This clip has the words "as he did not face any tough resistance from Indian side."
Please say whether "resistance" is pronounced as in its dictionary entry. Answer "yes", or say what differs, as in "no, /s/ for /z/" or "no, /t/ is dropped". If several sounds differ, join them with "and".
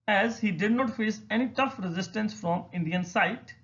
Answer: yes